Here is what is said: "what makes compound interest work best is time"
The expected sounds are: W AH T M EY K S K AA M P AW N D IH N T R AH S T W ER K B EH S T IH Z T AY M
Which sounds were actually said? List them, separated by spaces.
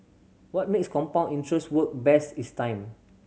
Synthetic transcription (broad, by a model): W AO T M EY K S K AA M P AW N IY N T R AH S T W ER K B EH S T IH S T AY M